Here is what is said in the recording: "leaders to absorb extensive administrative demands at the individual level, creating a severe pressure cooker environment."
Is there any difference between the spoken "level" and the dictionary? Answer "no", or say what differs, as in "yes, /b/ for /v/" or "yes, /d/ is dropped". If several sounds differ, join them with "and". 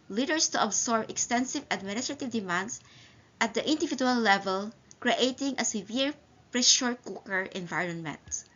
no